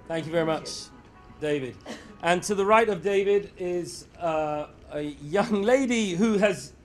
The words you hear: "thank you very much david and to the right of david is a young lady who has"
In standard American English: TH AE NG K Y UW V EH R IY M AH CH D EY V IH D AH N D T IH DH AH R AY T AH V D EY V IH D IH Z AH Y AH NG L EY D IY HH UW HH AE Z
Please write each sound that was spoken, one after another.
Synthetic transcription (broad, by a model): TH AE NG K Y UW V EH R IY M AH CH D EY V IH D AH N T IH DH AH R AY T AH V D EY V IH D IH Z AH Y AH NG L EY D IY HH UW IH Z